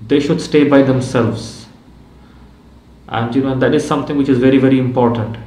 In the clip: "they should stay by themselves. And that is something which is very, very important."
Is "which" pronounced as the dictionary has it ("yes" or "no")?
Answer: yes